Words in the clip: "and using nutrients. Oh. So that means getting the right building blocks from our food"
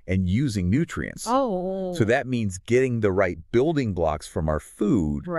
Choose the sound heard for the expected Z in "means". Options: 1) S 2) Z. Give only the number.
2